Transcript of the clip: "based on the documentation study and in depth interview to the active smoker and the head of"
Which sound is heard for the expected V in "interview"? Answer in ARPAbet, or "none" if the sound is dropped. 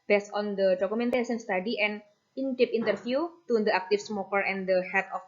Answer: F